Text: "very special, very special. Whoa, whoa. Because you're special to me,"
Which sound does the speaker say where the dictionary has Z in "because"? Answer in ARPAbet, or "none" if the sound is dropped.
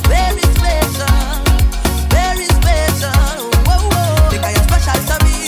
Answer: none